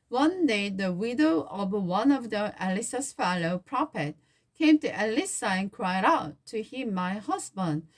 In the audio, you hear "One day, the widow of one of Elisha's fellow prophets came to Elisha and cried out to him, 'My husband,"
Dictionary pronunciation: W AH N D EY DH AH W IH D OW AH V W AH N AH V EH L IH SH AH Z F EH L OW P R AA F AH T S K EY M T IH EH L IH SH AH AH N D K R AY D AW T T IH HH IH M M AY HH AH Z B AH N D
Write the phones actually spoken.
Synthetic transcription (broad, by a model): W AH N D EY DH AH W IH D OW AH V W AH N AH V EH L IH S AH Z F EH L OW P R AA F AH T K EY M T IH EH L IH S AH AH N K R AY D AW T T IH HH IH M M AY HH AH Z B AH N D